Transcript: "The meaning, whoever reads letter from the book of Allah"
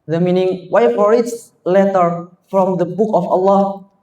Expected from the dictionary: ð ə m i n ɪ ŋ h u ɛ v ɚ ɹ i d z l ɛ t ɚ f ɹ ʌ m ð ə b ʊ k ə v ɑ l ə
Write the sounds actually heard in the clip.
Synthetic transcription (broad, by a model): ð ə m i n ɪ ŋ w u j f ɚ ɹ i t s l ɛ t ɚ f ɹ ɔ m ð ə b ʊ k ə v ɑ l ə